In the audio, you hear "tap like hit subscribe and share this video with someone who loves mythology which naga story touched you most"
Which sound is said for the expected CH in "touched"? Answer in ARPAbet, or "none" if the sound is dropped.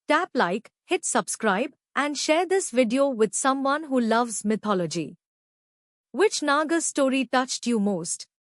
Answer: CH